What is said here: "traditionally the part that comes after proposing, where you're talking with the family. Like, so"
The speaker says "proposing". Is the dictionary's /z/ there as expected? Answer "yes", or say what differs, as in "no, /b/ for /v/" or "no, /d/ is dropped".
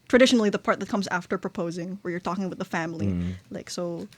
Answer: yes